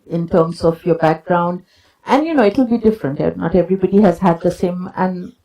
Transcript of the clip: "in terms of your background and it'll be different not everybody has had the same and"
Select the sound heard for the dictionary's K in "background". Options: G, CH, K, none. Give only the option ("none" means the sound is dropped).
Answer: K